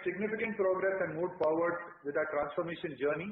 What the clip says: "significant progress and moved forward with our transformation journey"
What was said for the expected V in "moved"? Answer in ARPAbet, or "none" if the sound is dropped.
none